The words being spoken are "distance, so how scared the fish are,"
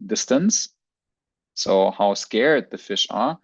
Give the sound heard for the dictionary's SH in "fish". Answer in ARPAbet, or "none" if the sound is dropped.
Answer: SH